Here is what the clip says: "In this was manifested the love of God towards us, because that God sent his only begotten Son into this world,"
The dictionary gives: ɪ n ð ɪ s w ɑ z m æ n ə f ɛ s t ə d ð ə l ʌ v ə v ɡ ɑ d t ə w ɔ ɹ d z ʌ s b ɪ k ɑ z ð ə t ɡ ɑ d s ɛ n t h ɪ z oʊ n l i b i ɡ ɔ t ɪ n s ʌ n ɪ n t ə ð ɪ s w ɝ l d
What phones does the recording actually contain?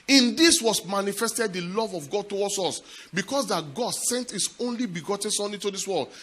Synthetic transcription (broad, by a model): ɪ n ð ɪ s w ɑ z m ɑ n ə f ɛ s t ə d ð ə l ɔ v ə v ɡ ɑ d t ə w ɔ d s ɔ s b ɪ k ɑ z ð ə t ɡ ɑ d s ɛ n t h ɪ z oʊ n l i b i ɡ ɔ t ɪ n s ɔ n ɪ t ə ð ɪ s w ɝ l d